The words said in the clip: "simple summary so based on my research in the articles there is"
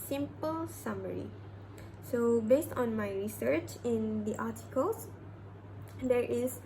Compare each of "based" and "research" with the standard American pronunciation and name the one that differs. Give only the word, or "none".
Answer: none